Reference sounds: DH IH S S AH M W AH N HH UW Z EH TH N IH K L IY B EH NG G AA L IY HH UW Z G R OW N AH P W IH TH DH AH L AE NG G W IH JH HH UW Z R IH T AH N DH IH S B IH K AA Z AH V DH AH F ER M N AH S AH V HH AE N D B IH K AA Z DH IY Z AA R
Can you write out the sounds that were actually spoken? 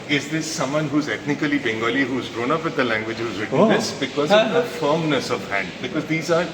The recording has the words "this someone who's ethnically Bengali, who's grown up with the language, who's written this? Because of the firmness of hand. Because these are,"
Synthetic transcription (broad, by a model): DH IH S S AH M W AH N HH UW Z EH T N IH K L IY B EH NG G AA L IY HH UW Z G R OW N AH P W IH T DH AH L AE NG G W IH JH HH UW Z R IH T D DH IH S B IH K AA Z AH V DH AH F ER M N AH S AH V HH AE N D B IH K AA Z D IY Z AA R